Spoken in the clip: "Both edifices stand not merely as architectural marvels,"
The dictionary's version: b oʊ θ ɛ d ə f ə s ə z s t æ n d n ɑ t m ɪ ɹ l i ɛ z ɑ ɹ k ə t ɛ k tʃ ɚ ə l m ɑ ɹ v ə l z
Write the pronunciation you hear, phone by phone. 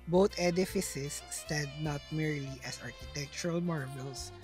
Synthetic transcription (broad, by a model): b oʊ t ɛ d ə f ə s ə s t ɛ d n ɑ t m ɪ ɹ l i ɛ s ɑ ɹ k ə t ɛ k tʃ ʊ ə l m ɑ ɹ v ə l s